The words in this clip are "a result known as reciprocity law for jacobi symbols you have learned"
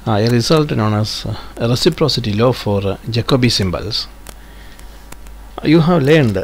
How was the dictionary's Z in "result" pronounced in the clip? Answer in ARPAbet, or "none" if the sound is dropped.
S